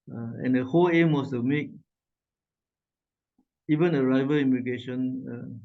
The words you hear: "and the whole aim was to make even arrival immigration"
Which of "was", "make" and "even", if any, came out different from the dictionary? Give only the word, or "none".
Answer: was